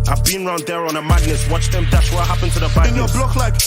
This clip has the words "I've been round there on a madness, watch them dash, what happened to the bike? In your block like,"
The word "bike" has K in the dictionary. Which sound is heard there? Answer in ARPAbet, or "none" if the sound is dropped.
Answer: none